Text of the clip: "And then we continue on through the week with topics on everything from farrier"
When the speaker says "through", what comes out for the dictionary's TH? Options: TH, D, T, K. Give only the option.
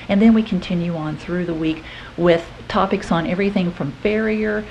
TH